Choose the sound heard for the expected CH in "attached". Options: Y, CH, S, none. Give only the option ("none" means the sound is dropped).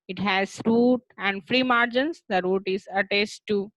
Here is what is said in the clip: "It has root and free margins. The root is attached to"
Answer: S